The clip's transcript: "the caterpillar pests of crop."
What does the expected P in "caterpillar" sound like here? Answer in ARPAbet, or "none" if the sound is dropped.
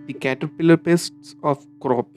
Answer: P